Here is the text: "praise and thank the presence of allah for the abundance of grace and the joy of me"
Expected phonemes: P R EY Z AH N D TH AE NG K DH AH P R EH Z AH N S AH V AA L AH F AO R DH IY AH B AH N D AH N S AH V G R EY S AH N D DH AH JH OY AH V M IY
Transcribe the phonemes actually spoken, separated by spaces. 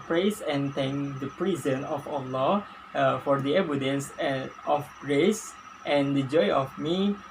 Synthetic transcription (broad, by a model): P R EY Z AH N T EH NG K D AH P R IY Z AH N AH F AA L AH F AO R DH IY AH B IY D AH N S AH F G R EY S AH N D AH JH OY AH F M IY